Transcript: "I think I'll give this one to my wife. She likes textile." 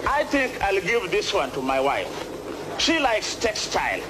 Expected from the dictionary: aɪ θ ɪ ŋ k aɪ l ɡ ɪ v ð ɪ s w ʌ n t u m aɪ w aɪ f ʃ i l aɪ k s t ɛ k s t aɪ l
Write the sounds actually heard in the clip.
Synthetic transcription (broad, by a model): aɪ θ ɪ ŋ k aɪ l ɡ ɪ v ð ɪ s w ʌ n t u m aɪ w aɪ f ʃ i l aɪ k s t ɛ k s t aɪ l